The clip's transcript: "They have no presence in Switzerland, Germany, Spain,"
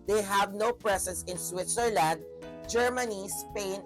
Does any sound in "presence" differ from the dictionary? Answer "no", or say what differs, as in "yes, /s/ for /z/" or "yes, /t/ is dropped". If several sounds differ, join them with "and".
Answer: yes, /s/ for /z/